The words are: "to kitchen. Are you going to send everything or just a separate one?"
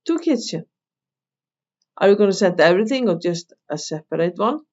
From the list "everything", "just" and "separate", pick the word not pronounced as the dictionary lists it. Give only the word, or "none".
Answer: none